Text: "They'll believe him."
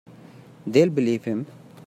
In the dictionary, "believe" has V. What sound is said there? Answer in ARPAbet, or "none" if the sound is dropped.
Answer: F